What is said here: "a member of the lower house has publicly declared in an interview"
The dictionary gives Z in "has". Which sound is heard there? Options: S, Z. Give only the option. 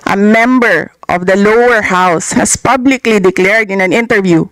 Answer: S